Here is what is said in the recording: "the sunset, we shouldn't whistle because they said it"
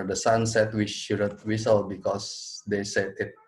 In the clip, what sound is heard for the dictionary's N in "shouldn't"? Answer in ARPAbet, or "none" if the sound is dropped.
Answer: none